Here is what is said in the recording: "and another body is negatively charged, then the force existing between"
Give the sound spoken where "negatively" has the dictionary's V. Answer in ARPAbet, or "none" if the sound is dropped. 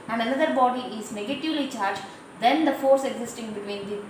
V